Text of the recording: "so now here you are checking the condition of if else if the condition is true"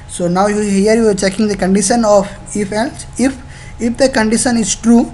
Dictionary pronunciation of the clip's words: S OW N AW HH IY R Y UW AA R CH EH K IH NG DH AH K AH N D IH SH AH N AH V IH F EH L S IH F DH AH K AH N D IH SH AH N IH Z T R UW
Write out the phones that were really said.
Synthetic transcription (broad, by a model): S OW N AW HH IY R Y UW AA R CH EH K IH NG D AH K AH N D IH SH AH N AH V IH F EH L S IH F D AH K AH N D IH SH AH N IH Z T R UW